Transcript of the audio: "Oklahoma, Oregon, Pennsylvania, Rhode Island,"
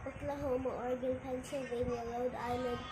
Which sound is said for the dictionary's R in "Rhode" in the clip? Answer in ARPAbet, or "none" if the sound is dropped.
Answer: L